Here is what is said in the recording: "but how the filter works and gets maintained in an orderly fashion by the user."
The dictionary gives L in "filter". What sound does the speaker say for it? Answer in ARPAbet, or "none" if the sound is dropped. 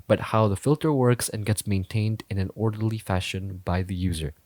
L